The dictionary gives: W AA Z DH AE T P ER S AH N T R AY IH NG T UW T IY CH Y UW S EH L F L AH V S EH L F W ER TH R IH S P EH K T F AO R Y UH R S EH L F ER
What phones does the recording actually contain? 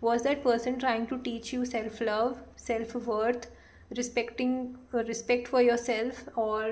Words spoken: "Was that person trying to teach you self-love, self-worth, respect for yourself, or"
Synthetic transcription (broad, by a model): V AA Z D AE T P ER S AH N T R AY IH NG T UW T IY CH Y UW S EH L F L AH V S EH L F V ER T R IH S P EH K T F AO R Y UH R S EH L F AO